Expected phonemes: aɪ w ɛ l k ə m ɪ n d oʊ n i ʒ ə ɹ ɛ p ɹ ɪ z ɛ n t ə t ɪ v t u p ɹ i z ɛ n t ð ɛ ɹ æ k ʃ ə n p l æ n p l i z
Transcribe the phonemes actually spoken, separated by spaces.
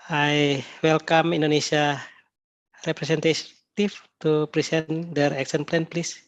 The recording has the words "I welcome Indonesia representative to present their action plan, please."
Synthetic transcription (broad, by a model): aɪ w ɛ l k ə m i n d oʊ n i s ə ɹ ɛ p ɹ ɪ s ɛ n t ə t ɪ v t u p ɹ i s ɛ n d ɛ ɹ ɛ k s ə n p l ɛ n p l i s